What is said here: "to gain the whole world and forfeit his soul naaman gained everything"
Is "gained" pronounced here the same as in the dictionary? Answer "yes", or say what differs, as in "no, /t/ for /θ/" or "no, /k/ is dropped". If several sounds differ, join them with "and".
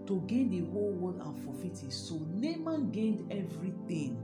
yes